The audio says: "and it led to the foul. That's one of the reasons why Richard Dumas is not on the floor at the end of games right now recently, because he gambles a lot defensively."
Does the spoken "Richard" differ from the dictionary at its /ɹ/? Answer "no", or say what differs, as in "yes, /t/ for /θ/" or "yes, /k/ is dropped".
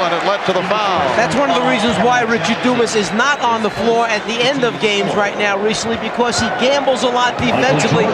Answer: no